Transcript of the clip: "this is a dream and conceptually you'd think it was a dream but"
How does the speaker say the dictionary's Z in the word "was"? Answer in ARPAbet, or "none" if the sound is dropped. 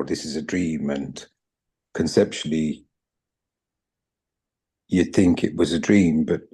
Z